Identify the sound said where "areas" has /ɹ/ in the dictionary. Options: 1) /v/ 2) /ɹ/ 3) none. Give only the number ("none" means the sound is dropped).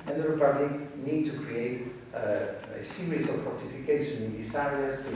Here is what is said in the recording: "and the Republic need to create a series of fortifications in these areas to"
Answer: 3